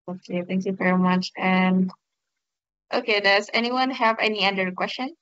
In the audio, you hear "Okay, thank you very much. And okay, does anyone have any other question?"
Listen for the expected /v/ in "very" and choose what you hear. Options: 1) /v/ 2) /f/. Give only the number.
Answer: 1